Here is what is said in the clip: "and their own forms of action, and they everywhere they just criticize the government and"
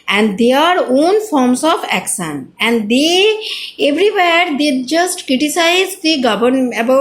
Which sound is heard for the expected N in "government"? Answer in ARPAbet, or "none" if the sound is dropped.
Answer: none